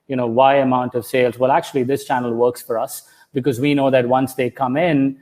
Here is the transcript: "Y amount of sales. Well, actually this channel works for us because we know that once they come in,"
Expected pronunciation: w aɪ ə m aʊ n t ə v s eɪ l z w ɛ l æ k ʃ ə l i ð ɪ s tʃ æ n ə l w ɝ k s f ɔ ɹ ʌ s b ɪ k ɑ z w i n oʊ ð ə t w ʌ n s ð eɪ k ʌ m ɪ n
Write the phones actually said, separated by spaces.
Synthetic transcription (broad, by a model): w aɪ ə m aʊ n t ə v s eɪ l z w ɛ l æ k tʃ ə l i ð ɪ s tʃ æ n ə l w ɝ k s f ɔ ɹ ʌ s b ɪ k ɑ z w i n oʊ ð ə t w ʌ n s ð eɪ k ʌ m ɪ n